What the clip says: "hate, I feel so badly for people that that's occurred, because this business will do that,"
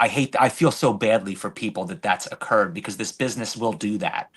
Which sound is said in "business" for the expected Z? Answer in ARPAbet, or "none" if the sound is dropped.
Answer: Z